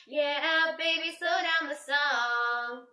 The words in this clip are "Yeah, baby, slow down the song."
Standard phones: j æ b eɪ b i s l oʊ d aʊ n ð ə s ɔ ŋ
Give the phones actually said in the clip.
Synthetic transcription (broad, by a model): j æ b eɪ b i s oʊ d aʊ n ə s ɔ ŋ